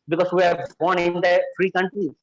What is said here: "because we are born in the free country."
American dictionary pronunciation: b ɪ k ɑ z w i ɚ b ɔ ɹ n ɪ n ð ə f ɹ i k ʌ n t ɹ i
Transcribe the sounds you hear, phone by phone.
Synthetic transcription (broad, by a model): b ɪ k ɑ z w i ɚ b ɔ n ɪ n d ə f ɹ i k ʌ n t ɹ i